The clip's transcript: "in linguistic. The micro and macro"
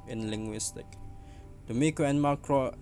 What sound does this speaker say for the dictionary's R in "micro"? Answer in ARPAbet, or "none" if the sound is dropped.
none